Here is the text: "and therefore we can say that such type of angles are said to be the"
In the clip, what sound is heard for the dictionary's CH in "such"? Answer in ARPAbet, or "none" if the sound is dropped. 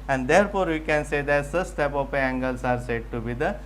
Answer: S